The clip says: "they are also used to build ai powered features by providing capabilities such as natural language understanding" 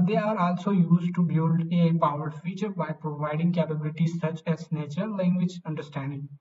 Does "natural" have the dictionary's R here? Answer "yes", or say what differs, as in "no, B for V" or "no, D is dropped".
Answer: no, R is dropped